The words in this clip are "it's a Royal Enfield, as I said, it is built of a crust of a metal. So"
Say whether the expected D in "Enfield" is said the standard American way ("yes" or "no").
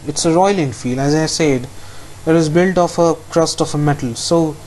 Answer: no